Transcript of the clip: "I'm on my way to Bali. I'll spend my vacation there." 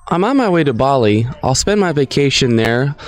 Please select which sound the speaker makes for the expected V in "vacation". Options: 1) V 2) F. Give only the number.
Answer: 1